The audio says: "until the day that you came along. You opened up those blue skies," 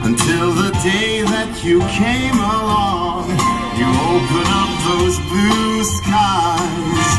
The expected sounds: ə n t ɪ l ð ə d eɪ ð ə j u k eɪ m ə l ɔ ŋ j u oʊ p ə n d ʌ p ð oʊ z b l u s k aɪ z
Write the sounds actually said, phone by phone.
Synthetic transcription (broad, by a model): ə n t ɪ l ð ə d eɪ ð ə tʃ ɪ k eɪ m ə l ɔ ŋ j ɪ oʊ p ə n ʌ p ð oʊ z b l u s k aɪ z